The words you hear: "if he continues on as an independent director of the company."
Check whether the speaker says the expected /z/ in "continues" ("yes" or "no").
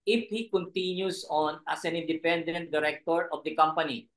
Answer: no